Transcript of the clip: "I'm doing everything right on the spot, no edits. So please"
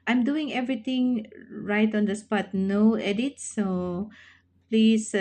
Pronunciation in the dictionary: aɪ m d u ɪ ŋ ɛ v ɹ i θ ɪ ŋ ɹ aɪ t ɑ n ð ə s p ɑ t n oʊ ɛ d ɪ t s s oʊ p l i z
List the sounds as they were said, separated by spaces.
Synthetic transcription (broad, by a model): aɪ m d u ɪ ŋ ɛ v ɹ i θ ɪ ŋ ɹ aɪ t ɑ n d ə s p ɑ t n oʊ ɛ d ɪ t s s oʊ p l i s